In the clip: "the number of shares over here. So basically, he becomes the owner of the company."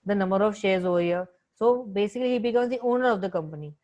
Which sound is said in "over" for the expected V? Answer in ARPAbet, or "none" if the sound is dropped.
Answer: none